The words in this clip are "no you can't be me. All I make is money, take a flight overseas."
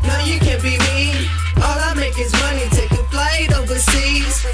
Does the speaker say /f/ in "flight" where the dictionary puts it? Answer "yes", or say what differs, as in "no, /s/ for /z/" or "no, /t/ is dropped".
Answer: no, /p/ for /f/